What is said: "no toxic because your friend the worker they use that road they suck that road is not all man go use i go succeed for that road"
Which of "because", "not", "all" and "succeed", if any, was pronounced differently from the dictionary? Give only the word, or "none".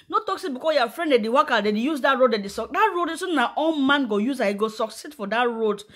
because